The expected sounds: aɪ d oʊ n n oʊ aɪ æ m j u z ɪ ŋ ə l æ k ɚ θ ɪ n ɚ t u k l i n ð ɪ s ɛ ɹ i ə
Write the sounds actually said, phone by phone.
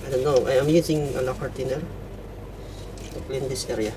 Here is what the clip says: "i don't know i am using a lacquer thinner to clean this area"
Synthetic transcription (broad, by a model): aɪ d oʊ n n oʊ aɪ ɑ m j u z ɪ ŋ ə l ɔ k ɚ t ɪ n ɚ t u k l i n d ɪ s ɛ ɹ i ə